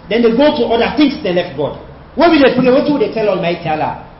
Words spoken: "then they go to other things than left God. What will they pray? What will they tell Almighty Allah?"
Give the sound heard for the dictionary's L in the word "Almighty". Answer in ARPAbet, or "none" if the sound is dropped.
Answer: L